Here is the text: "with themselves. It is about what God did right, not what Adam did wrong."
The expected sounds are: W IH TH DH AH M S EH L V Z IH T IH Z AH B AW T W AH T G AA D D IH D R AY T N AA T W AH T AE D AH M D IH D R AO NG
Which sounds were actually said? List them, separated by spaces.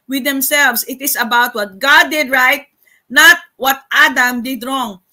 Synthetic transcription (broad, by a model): W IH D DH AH M S EH L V S IH T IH S AH B AW T W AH T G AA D D IH D R AY T N AA T W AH T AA D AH M D IH D R AO NG